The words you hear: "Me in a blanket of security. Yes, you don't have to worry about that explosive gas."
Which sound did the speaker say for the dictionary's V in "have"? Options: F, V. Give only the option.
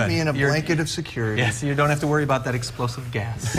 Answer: F